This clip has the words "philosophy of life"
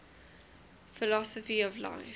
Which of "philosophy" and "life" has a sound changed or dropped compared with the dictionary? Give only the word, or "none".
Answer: life